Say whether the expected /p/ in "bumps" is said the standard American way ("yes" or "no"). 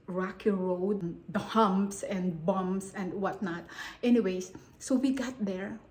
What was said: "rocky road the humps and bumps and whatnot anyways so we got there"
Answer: no